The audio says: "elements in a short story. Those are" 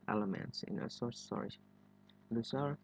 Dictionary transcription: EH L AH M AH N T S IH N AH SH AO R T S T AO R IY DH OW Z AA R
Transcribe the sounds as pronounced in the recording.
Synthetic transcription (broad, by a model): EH L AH M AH N T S IH N AH S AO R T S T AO R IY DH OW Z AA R